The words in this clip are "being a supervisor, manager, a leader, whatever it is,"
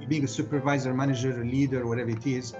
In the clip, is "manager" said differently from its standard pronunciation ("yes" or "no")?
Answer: no